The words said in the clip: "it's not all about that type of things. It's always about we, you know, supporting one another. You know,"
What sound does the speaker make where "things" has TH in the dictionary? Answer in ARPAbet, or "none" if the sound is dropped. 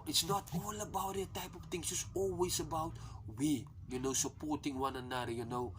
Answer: T